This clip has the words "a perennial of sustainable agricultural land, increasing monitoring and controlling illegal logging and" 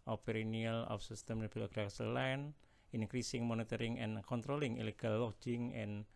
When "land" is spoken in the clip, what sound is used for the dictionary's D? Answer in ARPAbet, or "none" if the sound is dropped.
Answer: none